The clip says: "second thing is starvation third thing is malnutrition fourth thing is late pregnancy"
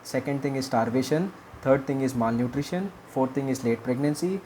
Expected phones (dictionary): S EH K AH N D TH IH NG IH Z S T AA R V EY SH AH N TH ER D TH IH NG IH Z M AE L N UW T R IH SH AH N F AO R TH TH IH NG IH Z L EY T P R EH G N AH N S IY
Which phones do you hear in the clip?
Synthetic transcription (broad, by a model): S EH K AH N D T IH NG IH Z S T AA R V EY SH AH N T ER D T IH NG IH Z M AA L N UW T R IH SH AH N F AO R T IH NG IH Z L EY T P R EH G N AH N S IY